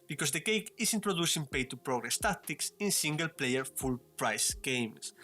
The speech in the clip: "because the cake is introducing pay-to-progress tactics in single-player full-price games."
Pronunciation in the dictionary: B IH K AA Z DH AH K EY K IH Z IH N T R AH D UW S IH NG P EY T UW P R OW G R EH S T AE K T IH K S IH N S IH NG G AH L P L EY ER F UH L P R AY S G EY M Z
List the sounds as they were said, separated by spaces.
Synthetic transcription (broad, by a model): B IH K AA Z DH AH K EY K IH S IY N T R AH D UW S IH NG P EY T UW P R OW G R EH S T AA K T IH K S IH N S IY NG G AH L P L EY ER F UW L P R AY S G EY M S